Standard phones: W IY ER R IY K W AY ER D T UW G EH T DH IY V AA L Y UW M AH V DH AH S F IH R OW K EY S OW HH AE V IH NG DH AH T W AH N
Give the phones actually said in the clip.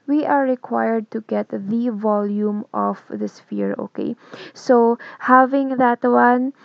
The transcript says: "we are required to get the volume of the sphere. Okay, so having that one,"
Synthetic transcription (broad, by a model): W IY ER R IY K W AY ER D T UW G EH T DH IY V AA L Y UW M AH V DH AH S F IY R OW K EY S OW HH AE V IH NG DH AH T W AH N